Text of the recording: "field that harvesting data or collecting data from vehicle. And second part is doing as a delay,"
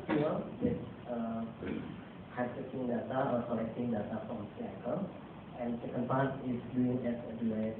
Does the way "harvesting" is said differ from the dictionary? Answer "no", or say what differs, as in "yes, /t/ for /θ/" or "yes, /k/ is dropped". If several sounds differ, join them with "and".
yes, /s/ is dropped